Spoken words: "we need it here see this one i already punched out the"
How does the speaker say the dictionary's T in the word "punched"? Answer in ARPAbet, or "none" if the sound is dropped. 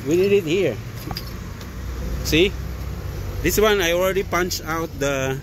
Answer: none